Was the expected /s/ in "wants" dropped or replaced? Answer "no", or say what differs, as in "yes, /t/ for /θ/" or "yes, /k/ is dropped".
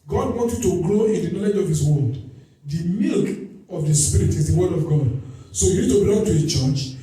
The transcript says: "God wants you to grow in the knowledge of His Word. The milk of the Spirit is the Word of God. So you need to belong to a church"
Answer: yes, /s/ is dropped